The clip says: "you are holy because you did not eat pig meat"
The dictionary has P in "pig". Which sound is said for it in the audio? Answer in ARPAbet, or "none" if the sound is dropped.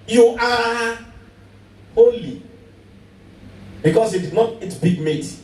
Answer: B